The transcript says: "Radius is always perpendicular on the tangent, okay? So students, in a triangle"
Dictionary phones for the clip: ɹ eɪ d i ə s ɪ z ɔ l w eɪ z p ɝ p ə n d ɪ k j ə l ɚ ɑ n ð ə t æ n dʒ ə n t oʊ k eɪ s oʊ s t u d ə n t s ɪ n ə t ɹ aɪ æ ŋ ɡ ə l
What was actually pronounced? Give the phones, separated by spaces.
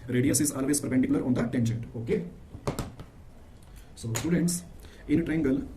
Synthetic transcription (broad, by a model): ɹ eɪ d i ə s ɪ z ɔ l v eɪ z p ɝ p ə n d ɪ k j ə l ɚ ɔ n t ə t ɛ n ʃ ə n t oʊ k eɪ s oʊ s t u d ə n t s ɪ n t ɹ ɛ ŋ ɡ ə l